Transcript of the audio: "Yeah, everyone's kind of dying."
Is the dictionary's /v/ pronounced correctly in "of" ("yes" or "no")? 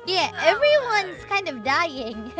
yes